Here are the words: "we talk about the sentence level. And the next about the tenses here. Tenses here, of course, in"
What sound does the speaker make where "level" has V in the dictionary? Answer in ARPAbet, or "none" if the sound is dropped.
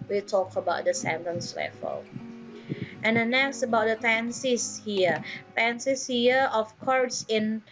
F